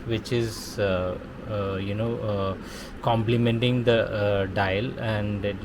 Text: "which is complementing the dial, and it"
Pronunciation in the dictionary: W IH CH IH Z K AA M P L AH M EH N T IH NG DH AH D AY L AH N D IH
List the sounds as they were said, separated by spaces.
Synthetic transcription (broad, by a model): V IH CH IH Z K AA M P L AH M EH N T IH NG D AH D AY L AH N D